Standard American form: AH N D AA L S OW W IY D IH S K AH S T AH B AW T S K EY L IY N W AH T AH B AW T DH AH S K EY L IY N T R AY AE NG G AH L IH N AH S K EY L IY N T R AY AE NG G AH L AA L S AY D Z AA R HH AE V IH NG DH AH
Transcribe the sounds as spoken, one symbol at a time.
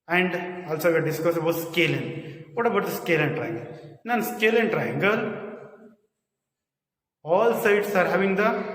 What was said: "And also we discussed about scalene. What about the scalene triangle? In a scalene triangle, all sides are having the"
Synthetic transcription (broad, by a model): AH N D AA L S OW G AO D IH S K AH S AH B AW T S K EY L IY N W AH T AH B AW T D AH S K EY L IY N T R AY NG G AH L IH N S K EY L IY N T R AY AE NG G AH L AA L S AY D S AA R HH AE V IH NG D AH